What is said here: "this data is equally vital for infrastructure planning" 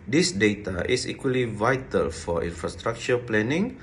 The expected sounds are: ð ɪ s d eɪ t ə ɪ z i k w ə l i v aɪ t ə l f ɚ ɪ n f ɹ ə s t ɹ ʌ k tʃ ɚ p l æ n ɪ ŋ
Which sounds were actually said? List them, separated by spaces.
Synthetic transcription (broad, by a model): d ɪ s d eɪ t ə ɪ s i k w ə l i v aɪ t ə l f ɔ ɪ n f ɹ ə s t ɹ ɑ k tʃ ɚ p l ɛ n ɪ ŋ